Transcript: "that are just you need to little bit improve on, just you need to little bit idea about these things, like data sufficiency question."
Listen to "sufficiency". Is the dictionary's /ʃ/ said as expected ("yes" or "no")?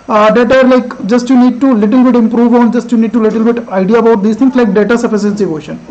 no